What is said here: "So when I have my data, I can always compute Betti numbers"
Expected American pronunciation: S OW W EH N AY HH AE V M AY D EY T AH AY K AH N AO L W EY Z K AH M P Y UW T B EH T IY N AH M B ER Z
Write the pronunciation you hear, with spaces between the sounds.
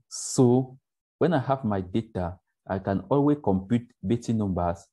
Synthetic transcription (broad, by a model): S OW W EH N AY HH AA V M AY D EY T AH AY K AH N AO L W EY K AH M P Y UW T B EH T IY N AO M B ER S